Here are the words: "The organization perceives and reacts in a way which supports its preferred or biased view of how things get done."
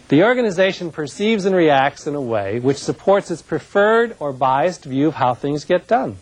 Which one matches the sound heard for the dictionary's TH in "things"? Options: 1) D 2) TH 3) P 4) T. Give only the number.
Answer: 2